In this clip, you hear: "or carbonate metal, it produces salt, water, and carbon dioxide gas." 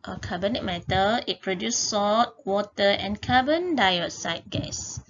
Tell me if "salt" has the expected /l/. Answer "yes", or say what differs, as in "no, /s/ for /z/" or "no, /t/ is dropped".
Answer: no, /l/ is dropped